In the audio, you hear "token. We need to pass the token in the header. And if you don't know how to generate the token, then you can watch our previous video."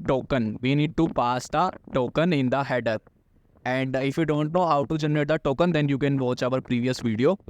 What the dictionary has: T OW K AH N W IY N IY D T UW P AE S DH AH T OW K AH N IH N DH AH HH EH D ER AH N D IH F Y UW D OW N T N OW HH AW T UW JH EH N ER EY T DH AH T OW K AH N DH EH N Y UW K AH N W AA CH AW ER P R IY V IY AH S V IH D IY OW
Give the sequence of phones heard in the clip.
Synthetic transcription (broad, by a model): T OW K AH N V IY N IY D T UW P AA S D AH T OW K AH N IH N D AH HH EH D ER AH N D IH F Y UW D OW N T N OW HH AW T UW JH EH N ER EY T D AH T OW K AH N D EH N Y UW K AH N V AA CH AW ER P R IY V IY AH S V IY D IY OW